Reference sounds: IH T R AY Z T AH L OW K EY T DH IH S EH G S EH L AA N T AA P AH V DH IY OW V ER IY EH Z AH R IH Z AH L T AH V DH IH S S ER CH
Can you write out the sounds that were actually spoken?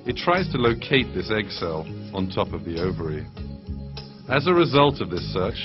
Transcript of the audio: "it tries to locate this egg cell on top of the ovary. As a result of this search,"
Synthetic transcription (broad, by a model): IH T R AY Z T AH L OW K EY T DH IH S EH G S EH L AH N T AA P AH V DH IY OW V ER IY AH Z AH R IH Z AH L T AH V DH IH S S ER CH